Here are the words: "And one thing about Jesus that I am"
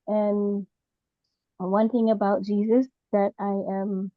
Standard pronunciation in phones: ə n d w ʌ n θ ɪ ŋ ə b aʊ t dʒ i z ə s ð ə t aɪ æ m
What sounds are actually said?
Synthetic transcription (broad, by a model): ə n w ʌ n θ ɪ ŋ ə b aʊ t dʒ i z ə s ð ə t aɪ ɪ m